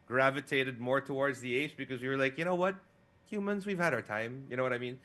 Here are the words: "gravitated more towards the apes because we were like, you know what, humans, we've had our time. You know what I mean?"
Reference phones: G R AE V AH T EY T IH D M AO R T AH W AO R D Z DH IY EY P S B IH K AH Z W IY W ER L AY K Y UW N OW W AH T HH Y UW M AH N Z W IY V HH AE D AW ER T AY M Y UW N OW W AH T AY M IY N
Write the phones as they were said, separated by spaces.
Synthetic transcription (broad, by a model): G R AE V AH T EY T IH D M AO R T AH W AO R D Z DH IY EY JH B IH K AH Z W IY W ER L AY K Y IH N OW W AH T HH Y UW M AH N Z W IY V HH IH D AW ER T AY M Y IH N OW W AH T AY M IY N